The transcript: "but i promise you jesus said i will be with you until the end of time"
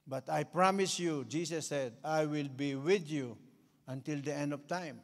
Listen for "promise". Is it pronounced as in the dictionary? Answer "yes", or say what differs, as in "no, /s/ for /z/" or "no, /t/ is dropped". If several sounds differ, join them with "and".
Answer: yes